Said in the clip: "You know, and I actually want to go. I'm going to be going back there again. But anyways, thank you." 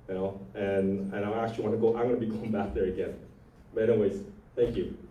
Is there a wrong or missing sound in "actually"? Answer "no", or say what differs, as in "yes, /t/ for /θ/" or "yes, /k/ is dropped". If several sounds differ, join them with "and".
yes, /l/ is dropped